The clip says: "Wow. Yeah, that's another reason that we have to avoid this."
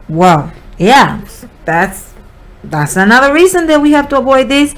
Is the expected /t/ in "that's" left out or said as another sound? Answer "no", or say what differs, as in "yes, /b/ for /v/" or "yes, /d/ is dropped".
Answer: no